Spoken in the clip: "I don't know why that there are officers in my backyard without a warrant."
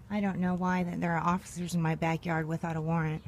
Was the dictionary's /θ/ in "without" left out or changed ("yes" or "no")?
no